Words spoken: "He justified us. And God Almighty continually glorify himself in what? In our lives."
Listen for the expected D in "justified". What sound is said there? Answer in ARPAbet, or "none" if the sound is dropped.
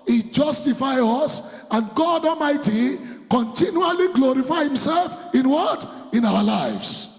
none